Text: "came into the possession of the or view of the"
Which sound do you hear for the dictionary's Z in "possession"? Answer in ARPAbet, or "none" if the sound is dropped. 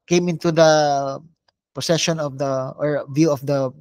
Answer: S